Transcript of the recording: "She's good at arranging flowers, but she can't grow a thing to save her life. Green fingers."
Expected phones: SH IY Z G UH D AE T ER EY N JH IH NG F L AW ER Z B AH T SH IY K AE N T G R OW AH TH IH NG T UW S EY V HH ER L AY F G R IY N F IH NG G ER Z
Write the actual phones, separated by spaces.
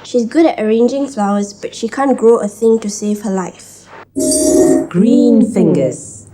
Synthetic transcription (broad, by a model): SH IY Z G UH D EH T ER EY N JH IH NG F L AW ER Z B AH T SH IY K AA N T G OW AH TH IH NG T UW S EY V HH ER L AY F G R IY N F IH NG G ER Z